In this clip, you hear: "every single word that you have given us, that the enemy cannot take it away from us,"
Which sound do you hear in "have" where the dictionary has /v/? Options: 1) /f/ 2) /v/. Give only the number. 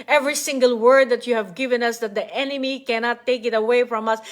2